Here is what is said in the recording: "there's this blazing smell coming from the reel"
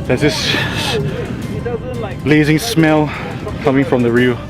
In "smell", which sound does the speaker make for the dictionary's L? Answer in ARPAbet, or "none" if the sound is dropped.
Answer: L